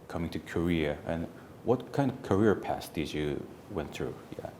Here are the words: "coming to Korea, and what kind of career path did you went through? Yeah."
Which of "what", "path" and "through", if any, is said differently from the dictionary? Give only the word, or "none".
path